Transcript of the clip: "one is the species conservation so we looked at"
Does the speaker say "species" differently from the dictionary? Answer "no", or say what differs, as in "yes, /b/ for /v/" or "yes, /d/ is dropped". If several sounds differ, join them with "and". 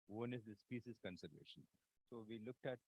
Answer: yes, /s/ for /ʃ/